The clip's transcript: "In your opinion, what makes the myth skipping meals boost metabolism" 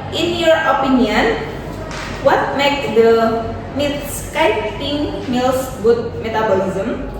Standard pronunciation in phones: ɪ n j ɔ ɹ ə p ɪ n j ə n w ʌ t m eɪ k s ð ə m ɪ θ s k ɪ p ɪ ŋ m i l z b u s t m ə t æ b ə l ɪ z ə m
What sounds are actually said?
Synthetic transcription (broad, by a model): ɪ n j ɔ ɹ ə p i n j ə n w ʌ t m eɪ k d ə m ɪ t s k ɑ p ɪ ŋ m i l s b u t m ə t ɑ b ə l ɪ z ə m